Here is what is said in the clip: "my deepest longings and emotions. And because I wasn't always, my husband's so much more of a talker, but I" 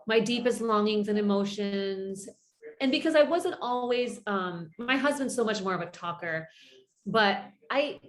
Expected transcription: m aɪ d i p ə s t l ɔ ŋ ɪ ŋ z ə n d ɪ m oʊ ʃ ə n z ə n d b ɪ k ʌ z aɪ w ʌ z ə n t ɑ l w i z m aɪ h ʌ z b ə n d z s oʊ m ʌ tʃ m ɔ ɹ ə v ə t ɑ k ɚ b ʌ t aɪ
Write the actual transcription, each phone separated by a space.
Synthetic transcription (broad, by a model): m aɪ d i p ə s t l ɔ ŋ ɪ ŋ z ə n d ɪ m oʊ ʃ ə n z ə n b ɪ k ʌ z aɪ w ʌ z ə n t ɑ l w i z m aɪ h ʌ z b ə n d s oʊ m ʌ tʃ m ɔ ɹ ə v ə t ɑ k ɚ b ʌ t aɪ